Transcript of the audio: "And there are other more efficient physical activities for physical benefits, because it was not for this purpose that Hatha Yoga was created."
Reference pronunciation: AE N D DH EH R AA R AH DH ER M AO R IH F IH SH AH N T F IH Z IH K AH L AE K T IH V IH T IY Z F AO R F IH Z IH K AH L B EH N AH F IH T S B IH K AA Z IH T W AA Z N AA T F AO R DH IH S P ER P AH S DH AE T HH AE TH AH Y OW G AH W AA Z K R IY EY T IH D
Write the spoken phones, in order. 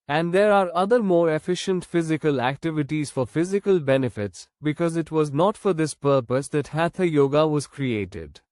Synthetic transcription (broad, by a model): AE N D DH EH R AA R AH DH ER M AO R IH F IH SH AH N T F IH Z IH K AH L AE K T IH V IH T IY Z F AO R F IH Z IH K AH L B EH N AH F IH T S B IH K AA Z IH T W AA Z N AA T F AO R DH IH S P ER P AH S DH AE T HH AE T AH Y OW G AH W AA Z K R IY EY T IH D